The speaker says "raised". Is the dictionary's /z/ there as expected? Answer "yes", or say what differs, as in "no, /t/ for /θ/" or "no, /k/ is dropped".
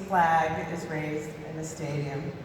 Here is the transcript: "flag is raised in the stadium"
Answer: yes